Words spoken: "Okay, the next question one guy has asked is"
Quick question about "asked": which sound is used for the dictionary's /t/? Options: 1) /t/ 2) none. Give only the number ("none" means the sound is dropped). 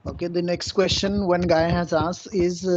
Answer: 2